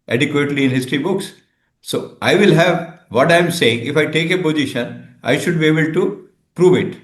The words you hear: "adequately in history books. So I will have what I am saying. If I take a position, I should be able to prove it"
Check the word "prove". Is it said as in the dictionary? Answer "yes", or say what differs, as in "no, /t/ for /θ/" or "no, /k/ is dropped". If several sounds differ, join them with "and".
yes